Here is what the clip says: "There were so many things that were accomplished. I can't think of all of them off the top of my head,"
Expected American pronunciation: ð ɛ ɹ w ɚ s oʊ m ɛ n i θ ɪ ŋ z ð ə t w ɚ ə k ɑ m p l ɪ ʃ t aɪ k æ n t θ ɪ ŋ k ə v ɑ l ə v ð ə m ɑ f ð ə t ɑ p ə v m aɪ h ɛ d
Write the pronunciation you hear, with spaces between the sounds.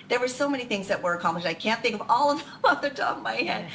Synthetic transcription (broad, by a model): ð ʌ ɹ w ɚ s oʊ m ɛ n i θ ɪ ŋ z ð ə t w ɚ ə k ɑ m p l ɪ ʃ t aɪ k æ n θ ɪ ŋ k ə v ɑ l ə v ð ə m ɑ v ð ə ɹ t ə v m aɪ h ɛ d